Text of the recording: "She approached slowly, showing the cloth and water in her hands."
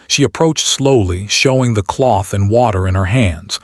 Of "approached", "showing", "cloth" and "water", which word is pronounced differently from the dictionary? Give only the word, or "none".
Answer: none